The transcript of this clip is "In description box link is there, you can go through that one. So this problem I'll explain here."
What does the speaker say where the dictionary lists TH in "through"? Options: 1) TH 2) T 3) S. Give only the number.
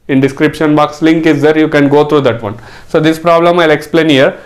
2